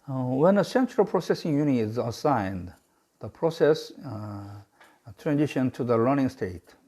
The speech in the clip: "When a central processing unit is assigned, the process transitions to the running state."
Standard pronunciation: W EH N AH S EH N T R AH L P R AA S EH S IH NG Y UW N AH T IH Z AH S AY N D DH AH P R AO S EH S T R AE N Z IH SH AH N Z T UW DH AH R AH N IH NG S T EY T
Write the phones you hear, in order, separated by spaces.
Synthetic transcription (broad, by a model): W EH N AH S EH N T R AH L P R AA S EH S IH NG Y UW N IH Z AH S AY N D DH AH P R AO S EH S T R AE N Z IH SH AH N T UW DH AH L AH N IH NG S T EY T